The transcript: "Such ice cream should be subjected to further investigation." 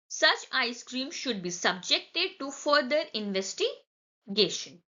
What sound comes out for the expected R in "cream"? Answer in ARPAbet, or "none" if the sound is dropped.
R